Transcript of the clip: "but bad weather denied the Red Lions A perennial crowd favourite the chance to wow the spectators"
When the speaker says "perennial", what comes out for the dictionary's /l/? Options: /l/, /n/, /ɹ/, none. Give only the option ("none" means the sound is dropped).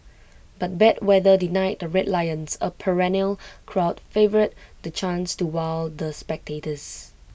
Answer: /l/